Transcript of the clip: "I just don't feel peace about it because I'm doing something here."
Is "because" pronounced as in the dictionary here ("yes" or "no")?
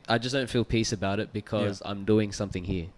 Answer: yes